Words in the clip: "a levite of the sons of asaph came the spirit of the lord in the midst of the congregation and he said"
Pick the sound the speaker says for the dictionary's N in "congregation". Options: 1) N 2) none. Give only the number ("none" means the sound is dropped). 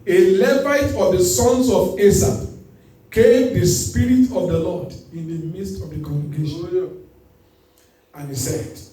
2